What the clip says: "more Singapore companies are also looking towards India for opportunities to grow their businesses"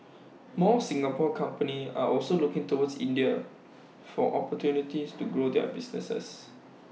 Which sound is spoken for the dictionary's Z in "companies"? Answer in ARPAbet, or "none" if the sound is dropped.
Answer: none